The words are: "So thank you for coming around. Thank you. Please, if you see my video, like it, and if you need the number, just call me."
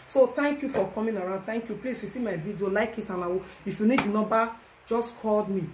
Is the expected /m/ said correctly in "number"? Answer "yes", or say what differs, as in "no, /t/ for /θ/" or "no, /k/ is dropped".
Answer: no, /m/ is dropped